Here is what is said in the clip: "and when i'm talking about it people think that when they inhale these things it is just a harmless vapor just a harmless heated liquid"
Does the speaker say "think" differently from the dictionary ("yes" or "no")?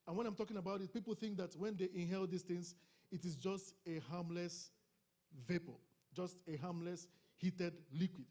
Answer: no